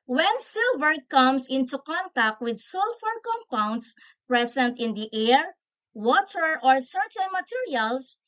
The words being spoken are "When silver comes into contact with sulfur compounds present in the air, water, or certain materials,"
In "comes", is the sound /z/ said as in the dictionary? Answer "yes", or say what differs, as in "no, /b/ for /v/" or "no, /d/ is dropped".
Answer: no, /s/ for /z/